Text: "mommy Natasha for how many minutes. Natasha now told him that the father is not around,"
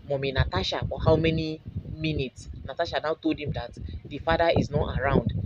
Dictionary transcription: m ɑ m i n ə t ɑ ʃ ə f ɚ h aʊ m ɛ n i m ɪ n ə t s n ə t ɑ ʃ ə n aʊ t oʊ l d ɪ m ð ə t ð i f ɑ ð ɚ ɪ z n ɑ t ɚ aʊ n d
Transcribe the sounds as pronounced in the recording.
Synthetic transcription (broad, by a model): m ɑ m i n ə t ɑ ʃ ə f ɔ h aʊ m ɛ n i m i n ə t s n ə t ɑ ʃ ə n aʊ t oʊ l d ɪ m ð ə t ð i f ɑ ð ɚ ɪ z n ɑ t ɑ aʊ n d